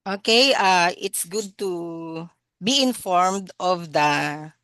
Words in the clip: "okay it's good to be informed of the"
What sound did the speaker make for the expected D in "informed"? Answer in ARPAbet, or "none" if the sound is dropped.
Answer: D